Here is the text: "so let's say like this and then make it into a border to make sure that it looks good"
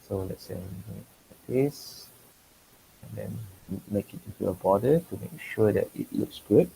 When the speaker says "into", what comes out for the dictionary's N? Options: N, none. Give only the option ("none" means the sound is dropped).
none